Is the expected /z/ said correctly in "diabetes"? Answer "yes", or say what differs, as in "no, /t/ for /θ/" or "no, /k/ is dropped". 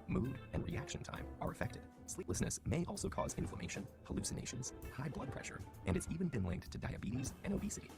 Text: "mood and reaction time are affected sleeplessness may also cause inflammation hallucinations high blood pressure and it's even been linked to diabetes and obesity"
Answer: yes